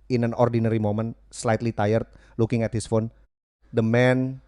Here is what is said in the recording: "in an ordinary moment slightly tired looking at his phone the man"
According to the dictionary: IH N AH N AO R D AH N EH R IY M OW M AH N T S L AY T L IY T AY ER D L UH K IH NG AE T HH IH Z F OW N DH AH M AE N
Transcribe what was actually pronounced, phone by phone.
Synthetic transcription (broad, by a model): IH N AH N AO R D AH N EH R IY M OW M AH N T S L AY T L IY T AY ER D L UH K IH NG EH T HH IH S F OW N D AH M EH N